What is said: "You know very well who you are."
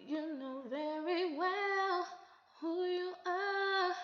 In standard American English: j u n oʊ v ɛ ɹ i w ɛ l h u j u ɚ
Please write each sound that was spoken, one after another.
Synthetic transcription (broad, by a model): j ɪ n oʊ v ɛ ɹ i w ɛ l h u j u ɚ